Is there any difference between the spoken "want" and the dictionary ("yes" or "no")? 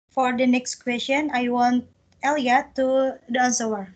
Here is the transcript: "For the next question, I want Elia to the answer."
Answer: no